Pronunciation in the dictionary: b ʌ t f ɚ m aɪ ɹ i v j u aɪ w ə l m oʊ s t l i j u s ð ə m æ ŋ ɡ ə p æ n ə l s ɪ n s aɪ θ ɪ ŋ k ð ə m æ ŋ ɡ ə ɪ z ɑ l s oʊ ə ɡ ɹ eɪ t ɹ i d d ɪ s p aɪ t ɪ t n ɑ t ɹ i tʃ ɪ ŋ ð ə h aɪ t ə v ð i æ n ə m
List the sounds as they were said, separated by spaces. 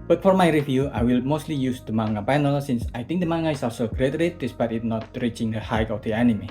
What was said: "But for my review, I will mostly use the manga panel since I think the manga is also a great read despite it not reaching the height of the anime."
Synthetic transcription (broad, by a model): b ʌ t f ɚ m aɪ ɹ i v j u aɪ w ə l m oʊ s t l i j u s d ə m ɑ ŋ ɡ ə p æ n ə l s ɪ n s aɪ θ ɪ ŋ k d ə m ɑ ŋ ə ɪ s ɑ s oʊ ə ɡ ɹ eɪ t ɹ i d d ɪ s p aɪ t ɪ t n ɑ t ɹ i tʃ ɪ ŋ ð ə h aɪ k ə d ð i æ n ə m